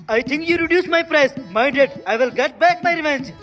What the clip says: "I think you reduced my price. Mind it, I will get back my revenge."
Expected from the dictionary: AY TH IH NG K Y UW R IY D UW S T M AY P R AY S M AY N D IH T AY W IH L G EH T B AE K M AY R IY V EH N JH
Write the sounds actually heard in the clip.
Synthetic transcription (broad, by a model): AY T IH NG K Y UW R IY D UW S M AY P R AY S M AY D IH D AY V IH L G EH T B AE K M AY R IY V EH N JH